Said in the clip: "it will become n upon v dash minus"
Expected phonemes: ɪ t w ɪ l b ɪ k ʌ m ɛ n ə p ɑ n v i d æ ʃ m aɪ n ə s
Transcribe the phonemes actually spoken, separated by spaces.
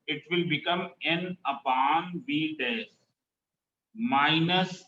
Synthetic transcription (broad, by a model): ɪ t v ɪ l b ɪ k ʌ m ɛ n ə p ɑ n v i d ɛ s m aɪ n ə s